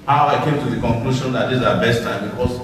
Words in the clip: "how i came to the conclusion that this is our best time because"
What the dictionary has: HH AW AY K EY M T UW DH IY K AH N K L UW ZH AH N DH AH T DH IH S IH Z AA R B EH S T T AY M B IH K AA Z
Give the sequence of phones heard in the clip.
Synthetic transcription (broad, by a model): HH AW AY K EY M T UW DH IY K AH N K L UW SH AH N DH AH T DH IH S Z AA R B EH S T T AY M B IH K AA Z